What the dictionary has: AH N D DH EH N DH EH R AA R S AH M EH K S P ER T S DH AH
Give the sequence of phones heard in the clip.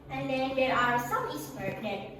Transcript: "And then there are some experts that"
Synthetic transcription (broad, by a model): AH N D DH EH N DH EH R AA R S AH M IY S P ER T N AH